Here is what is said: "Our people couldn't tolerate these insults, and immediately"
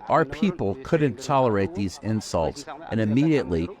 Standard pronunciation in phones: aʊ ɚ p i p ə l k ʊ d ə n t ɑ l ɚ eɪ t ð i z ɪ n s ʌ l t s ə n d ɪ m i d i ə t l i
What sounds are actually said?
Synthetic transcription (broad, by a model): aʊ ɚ p i p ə l k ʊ d n t ɑ l ɚ eɪ t ð i z ɪ n s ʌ l t s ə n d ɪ m i d i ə t l i